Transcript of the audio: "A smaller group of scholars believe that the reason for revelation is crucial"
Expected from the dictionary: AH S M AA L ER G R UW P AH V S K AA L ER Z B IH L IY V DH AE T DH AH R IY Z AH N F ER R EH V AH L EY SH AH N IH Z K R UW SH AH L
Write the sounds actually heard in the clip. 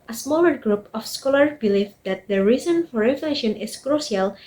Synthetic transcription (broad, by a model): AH S M AA L ER G R UW P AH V S K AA L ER B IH L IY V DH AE T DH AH R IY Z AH N F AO R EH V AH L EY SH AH N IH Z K R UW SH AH L